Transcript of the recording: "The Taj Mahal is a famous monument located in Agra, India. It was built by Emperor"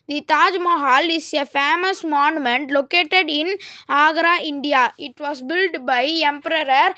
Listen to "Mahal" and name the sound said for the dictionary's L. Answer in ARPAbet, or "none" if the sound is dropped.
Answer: L